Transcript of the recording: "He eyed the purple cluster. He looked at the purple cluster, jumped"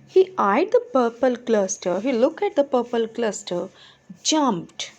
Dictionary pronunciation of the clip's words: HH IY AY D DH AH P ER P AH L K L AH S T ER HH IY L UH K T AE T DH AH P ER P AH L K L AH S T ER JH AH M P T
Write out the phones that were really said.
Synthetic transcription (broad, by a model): HH IY AY D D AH P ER P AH L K L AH S T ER HH IY L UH K AE T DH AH P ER P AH L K L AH S T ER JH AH M P T